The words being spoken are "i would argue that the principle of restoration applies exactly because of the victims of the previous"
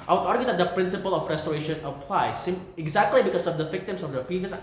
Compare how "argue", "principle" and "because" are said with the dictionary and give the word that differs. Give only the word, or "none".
because